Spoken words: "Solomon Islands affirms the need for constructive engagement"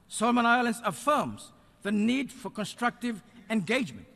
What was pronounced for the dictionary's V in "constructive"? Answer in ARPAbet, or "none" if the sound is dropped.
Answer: V